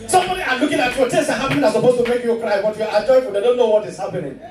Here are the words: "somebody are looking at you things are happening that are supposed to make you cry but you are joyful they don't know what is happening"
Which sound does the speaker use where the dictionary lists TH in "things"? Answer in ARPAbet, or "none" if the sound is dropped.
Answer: T